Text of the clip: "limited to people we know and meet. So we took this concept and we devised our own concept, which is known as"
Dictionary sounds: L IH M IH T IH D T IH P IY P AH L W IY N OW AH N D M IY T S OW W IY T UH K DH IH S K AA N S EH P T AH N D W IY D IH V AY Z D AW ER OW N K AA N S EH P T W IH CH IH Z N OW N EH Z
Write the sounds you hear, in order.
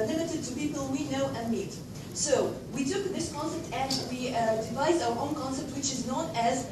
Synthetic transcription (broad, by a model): L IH M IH T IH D T IH P IY P AH L W IY N OW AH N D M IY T S OW W IY T UH K DH IH S K AA N S EH P T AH N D W IY D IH V AY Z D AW ER OW N K AA N S EH P T W IH CH IH Z N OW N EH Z